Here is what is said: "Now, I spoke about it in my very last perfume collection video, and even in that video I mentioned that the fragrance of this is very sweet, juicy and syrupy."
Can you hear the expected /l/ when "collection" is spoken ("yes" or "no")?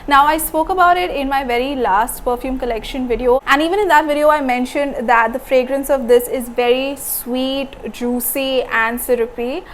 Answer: yes